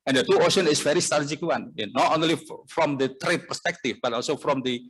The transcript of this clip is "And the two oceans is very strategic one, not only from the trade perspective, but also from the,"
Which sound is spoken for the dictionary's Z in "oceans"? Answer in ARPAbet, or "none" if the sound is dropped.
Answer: none